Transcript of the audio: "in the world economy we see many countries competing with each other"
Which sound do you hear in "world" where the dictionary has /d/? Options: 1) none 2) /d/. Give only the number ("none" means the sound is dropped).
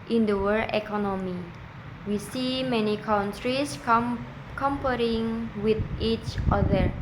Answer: 1